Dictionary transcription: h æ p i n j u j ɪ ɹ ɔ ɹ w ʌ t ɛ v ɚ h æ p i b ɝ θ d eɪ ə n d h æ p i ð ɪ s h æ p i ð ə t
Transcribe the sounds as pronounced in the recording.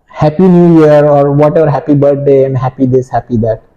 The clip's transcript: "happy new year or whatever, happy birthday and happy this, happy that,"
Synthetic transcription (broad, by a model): h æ p i n j u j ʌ ɹ ɔ ɹ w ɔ t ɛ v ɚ h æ p i b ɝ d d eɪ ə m h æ p i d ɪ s h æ p i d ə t